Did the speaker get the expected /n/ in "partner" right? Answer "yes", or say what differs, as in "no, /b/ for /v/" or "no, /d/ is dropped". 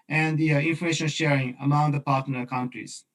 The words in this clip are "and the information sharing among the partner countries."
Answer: no, /l/ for /n/